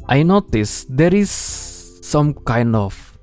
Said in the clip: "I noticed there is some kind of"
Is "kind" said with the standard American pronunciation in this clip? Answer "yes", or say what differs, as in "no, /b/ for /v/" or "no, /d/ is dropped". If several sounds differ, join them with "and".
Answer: yes